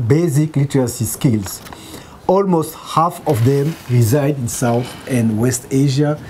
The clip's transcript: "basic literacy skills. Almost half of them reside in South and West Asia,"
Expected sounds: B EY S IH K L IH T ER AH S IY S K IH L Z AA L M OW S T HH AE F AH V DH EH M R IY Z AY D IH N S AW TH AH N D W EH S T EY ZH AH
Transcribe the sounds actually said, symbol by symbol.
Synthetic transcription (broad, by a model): B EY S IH K L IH T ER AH S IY S K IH L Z AA L M OW S T HH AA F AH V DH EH M R IY Z AY D IH N S AW TH AH N D W EH S T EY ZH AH